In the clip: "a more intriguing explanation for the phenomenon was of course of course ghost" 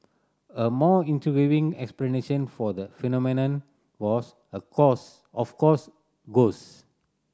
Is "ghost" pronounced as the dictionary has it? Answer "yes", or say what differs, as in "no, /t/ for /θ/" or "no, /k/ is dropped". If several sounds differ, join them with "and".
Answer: no, /t/ is dropped